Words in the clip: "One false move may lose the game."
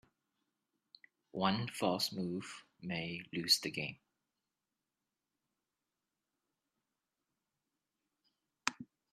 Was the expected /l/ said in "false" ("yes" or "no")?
no